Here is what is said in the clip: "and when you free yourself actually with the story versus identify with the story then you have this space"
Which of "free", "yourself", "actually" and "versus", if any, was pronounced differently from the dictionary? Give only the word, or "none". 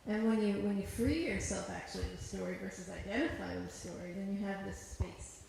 actually